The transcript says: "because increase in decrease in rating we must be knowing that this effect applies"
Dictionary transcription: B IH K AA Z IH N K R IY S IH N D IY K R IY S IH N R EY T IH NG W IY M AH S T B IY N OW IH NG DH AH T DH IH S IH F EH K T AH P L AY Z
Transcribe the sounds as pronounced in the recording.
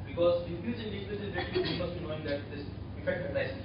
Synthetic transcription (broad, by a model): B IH K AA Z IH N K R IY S IH N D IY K L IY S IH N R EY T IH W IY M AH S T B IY N OW IH NG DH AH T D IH S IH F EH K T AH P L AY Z